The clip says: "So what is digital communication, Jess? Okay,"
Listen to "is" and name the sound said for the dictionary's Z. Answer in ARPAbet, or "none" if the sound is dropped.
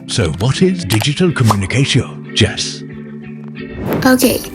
Z